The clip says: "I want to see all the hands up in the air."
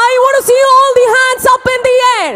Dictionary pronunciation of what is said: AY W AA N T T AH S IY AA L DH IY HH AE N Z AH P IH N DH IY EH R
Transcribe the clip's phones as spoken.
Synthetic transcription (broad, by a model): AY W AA T S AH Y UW AA L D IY HH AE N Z AH P IH N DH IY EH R